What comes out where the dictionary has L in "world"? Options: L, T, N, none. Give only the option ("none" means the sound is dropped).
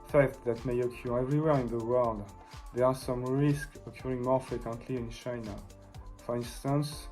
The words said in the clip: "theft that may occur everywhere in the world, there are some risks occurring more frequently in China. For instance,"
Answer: L